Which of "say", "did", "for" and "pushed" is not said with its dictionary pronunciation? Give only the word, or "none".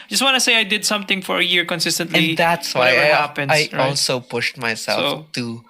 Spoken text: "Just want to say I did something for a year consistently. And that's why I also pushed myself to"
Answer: none